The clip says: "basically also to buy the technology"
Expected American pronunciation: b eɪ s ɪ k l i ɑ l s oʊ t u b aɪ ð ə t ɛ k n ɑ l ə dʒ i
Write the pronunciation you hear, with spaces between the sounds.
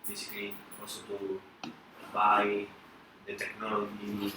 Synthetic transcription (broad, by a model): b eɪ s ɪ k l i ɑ s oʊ t u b aɪ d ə t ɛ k n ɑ l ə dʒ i